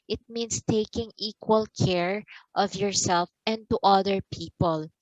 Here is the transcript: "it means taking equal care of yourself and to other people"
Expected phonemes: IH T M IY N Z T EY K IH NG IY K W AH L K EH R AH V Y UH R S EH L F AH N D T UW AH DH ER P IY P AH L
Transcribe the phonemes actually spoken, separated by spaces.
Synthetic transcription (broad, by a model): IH T M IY N S T EY K IH NG IY K W AH L K EH R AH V Y UH R S EH L F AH N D T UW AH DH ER P IY P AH L